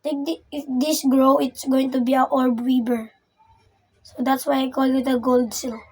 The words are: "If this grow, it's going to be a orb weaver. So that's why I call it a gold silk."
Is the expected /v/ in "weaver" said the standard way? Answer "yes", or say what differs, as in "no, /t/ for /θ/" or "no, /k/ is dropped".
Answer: no, /b/ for /v/